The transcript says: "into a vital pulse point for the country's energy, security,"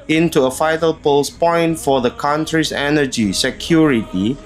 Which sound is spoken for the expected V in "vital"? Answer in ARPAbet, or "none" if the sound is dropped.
F